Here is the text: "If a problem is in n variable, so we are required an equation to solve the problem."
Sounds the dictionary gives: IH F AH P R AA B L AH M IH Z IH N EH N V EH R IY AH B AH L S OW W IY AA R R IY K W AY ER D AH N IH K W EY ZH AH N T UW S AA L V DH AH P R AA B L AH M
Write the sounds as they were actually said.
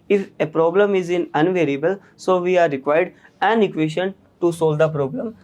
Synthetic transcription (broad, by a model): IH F AH P R AA B L AH M IH Z IH N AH N V EH R IY AH B AH L S OW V IY AA R R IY K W AY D D AH N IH K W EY SH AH N T UW S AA L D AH P R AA B L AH M